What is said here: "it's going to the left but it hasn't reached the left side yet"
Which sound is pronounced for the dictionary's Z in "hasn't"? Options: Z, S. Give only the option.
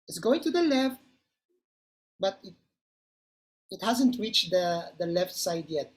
Z